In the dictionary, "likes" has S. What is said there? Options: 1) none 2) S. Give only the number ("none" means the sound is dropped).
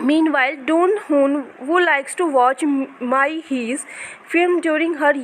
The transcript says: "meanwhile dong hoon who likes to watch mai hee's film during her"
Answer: 2